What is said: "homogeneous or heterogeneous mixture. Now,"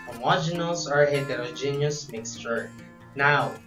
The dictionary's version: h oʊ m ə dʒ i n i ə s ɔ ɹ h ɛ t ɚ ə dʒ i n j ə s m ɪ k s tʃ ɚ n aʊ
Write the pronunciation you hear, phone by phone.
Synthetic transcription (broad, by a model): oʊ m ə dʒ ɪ n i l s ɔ ɹ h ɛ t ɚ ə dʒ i n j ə s m ɪ k s tʃ ɚ n aʊ